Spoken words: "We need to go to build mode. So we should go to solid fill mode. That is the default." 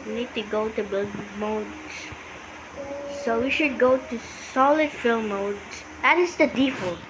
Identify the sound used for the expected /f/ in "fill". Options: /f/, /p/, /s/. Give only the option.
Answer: /f/